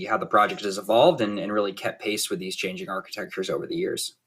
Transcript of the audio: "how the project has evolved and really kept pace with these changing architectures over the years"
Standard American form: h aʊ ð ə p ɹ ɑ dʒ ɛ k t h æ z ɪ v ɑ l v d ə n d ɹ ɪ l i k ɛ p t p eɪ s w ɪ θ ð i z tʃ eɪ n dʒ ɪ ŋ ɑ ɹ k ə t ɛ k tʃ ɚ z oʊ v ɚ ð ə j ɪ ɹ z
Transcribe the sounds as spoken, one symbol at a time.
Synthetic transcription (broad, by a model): h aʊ ð ə p ɹ ɑ dʒ ɛ k t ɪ z ɪ v ɑ l v d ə n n ɹ ɪ l i k ɛ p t p eɪ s w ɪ ð i z tʃ eɪ n dʒ ɪ ŋ ɑ ɹ k ə t ɛ k tʃ ɚ z oʊ v ɚ ð ə j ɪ ɹ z